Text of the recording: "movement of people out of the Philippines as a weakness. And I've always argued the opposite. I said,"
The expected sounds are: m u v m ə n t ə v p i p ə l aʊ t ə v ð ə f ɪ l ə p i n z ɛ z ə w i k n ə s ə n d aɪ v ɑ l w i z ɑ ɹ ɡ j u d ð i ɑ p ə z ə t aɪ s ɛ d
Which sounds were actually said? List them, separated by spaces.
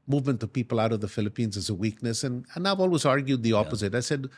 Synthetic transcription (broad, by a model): m u v m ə n t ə p i p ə l aʊ t ə v ð ə f ɪ l ə p i n z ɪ z ə w i k n ə s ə n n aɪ ɑ l w i z ɑ ɹ ɡ j u d ð i ɑ p ə z ə t aɪ s ɛ d